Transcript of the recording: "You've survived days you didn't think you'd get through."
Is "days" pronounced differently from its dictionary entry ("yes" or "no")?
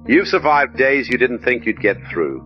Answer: no